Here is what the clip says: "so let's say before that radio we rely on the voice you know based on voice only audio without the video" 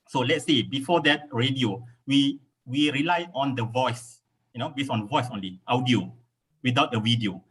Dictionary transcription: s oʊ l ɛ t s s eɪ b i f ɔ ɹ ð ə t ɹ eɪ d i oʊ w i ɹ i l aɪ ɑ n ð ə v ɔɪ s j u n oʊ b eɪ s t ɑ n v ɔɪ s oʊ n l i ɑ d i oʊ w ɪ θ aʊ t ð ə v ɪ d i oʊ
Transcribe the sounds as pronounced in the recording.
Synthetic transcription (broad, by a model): s oʊ l ɛ t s s eɪ b i f ɔ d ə t ɹ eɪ d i oʊ w i ɹ i l aɪ ɑ n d ə v ɔɪ s j u n oʊ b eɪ s ɑ n v ɔɪ s oʊ n l i ɑ d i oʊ w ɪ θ aʊ t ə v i d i oʊ